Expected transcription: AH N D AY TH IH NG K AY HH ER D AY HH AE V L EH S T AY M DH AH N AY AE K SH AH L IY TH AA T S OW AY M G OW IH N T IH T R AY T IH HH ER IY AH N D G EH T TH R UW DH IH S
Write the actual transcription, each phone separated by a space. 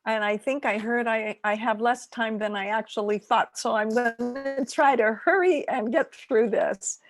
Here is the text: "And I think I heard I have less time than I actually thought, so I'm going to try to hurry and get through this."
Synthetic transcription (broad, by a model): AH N AY TH IH NG K AY HH ER D AY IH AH V L EH S T AY M DH AH N AY AE K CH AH L IY TH AA T S OW AY M G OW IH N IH T R AY T IH HH ER IY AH N G EH T TH R UW DH IH S